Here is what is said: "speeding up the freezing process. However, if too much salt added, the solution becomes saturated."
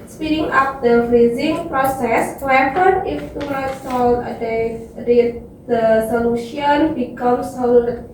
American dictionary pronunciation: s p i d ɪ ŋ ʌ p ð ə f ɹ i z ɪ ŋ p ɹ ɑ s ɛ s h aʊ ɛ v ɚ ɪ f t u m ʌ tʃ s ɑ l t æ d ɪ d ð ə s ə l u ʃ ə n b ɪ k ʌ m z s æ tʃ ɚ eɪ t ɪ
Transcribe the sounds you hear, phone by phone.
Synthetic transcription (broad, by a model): s p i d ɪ ŋ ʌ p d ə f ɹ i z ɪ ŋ p ɹ ɑ s ɛ s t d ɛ p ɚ ɪ f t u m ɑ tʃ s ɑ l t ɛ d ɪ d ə s ə l u ʃ ə n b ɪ k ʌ m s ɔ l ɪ